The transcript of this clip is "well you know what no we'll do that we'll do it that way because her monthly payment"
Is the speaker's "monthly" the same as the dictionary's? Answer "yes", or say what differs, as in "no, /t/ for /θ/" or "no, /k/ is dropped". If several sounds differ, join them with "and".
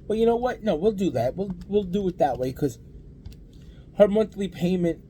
yes